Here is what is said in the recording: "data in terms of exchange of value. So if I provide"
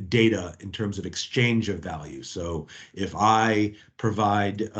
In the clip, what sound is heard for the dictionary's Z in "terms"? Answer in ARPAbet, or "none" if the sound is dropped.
Z